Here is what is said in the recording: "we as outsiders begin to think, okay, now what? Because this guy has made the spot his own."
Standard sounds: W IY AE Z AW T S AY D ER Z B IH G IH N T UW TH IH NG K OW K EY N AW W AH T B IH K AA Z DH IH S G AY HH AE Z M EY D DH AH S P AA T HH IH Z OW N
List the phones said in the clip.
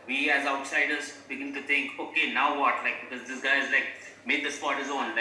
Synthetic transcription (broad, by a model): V IY AE Z AW T S AY D ER Z B IH G IH N T UW T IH NG K OW K EY N AW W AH T B IH K AA Z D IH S G AY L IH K M EY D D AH S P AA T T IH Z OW N